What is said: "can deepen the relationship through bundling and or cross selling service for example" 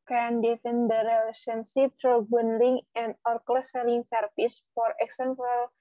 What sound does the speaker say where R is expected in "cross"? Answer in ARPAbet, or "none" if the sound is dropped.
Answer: L